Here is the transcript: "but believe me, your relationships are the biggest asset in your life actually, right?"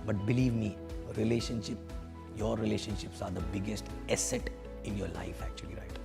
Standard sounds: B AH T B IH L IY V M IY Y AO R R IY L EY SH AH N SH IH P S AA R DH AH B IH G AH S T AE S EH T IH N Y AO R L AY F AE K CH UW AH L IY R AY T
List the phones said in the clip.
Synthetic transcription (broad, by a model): B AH T B IH L IY V M IY Y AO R R IY L EY SH AH N SH IH P S AA R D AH B IH G AH S T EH S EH T IH N Y AO R L AY F AE K CH UW AH L IY R AY T